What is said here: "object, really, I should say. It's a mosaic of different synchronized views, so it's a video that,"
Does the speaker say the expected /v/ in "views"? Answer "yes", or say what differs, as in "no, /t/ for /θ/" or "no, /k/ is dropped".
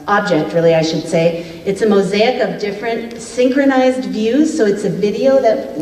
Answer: yes